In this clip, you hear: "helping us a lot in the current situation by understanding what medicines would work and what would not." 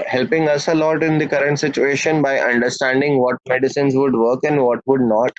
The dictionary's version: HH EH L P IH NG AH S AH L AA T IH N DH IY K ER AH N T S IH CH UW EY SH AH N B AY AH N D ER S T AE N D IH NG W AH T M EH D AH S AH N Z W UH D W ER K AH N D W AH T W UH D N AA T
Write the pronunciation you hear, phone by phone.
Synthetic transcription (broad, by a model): HH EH L P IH NG AH S AH L AA T IH N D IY K ER AH N T S IH CH UW EY SH AH N B AY AH N D ER S T AE N D IH NG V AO T M EH D AH S AH N Z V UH D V ER K AH N D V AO T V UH D N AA T